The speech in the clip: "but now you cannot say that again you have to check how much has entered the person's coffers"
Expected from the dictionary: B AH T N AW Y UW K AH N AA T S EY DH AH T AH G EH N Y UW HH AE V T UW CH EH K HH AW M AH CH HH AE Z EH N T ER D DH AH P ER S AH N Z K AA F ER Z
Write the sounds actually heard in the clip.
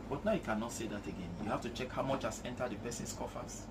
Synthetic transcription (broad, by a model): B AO T N AW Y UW K AH N AA T S EY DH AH T AH G EH N Y UW HH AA F T UW CH EH K HH AW M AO CH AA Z EH N T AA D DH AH P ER S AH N S K AA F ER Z